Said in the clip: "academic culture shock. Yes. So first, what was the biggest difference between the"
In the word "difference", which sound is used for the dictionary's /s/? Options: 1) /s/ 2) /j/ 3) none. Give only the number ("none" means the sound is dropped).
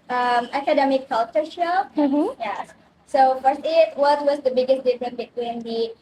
3